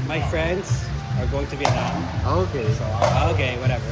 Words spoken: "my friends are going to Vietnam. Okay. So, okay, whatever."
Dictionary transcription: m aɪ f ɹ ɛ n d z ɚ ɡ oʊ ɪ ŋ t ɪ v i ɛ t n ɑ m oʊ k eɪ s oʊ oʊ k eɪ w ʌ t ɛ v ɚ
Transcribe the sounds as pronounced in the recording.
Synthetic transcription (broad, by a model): m aɪ f ɹ ɛ n d z ɚ ɡ oʊ ɪ ŋ t ɪ b i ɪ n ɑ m oʊ k eɪ s oʊ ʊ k eɪ w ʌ t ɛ v ɚ